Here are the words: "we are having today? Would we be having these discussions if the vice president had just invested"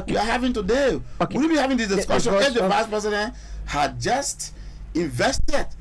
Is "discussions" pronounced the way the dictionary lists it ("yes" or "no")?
no